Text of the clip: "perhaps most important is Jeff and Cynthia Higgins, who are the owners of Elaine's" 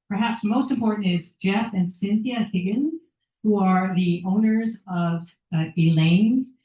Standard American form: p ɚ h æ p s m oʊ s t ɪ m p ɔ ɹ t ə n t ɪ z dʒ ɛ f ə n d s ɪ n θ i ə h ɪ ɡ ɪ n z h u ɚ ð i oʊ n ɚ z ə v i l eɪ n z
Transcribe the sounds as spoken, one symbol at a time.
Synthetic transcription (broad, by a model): p ɚ h æ p s m oʊ s t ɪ m p ɔ ɹ t n t ɪ z dʒ ɛ f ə n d s ɪ n θ i ə h ɪ ɡ ɪ n z h u ɚ ð i oʊ n ɚ z ə v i l eɪ n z